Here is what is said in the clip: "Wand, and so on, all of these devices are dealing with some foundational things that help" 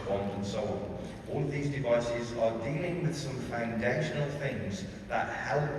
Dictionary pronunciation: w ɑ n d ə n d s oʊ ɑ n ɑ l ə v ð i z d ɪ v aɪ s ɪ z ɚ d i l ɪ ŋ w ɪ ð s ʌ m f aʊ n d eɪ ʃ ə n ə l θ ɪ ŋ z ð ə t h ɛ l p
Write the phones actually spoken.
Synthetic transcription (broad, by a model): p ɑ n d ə n s oʊ ɑ n ɑ l ə v ð i z d ɪ v aɪ s ɪ z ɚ d i l ɪ ŋ w ɪ ð s ʌ m f aʊ n d eɪ ʃ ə n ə l θ ɪ ŋ z ð ə t h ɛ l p